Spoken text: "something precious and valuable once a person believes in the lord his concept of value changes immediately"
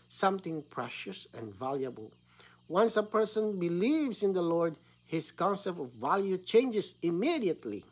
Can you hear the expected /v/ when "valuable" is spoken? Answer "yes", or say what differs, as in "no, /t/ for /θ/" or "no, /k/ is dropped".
yes